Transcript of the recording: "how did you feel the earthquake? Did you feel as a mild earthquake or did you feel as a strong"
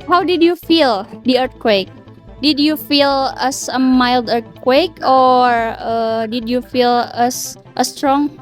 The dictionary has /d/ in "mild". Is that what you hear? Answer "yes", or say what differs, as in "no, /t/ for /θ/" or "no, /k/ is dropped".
yes